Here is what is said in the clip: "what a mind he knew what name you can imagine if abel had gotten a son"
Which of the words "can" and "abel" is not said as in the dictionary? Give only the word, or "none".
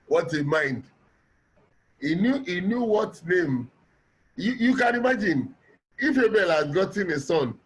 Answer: none